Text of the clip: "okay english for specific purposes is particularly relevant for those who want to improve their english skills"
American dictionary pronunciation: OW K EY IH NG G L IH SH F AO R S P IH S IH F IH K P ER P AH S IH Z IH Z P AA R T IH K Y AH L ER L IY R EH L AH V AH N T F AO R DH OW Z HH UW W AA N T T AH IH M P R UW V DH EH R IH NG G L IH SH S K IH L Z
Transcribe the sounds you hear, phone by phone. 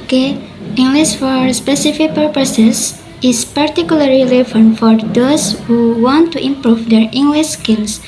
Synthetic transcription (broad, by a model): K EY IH NG G L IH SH F AO R S P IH S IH F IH K P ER P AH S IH S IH S P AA R T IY K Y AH L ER L IY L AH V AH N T F AO R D OW S HH UW W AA N T T AH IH M P R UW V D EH R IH NG G L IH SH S K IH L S